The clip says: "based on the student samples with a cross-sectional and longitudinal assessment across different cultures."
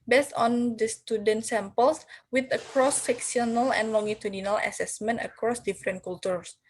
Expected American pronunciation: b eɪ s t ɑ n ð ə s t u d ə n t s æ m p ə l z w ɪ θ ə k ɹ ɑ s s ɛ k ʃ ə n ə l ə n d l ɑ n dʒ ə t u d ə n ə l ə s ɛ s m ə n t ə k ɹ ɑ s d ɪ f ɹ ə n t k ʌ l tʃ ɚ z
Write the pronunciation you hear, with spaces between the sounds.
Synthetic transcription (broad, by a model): b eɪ s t ɑ n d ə s t u d ə n t s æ m p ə l s w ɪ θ ə k ɹ ɑ s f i k s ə n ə l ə n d l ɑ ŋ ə t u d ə n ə l ə s ɛ s m ə n t ə k ɹ ɑ s d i f ɹ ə n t k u l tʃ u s